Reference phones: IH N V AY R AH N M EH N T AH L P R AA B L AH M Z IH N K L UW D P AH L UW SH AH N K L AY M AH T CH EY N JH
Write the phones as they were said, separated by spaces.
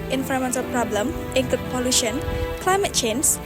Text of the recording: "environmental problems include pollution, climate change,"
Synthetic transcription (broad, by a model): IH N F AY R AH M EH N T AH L P R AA B L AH M IH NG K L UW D P AH L UW SH AH N K L AY M AH T CH EY N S